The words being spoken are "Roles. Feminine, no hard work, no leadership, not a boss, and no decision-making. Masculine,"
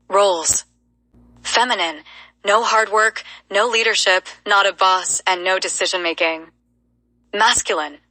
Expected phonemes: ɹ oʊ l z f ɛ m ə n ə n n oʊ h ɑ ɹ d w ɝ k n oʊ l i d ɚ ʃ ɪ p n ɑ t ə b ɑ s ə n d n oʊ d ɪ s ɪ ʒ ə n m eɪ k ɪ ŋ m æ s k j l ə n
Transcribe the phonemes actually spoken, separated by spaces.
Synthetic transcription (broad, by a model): ɹ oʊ l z f ɛ m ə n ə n n oʊ h ɑ ɹ d w ɝ k n oʊ l i d ɚ ʃ ɪ p n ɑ t ə b ɑ s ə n n oʊ d ɪ s ɪ ʒ ə n m eɪ k ɪ ŋ m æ s k j l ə n